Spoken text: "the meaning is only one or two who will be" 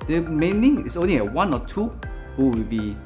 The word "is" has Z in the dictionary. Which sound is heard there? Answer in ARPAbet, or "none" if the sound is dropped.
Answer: S